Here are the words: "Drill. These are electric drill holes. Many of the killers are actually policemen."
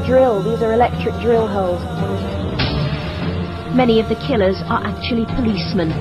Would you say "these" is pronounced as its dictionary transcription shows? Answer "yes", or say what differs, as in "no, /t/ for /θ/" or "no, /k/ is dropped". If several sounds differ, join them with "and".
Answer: yes